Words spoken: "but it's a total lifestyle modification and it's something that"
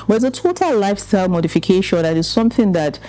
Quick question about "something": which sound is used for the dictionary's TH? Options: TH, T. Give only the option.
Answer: TH